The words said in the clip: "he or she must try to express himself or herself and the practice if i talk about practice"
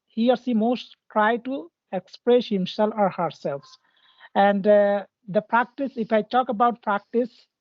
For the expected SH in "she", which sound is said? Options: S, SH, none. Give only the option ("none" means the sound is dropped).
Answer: S